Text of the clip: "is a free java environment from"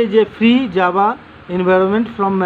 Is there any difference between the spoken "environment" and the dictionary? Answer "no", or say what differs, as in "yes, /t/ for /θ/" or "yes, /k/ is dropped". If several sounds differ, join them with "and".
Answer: no